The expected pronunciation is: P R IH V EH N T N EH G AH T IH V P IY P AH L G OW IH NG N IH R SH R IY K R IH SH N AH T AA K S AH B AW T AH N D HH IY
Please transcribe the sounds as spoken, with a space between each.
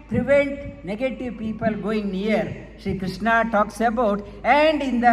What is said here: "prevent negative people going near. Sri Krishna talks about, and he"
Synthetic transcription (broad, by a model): P R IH V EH N T N EH G AH T IH V P IY P AH L G OW IH NG N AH R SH IY K R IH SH N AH T AA K S AH B AW T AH N D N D